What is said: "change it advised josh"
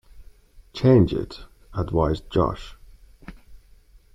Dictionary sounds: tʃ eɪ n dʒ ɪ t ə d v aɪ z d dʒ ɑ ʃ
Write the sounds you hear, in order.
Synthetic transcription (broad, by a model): tʃ eɪ n dʒ ɪ t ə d w aɪ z dʒ ɑ ʃ